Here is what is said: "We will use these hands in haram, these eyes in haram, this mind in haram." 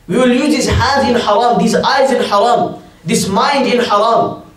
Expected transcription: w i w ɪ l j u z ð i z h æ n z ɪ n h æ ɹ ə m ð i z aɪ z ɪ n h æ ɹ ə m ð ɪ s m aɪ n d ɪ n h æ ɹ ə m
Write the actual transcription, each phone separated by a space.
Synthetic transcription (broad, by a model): w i w ɪ l j u z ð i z h æ n z ɪ n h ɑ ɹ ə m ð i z aɪ z ɪ n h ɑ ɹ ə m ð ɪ s m aɪ n d ɪ n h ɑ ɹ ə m